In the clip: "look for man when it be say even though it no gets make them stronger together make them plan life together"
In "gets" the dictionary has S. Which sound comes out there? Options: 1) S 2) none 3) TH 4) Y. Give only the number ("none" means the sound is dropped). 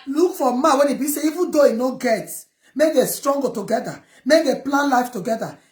2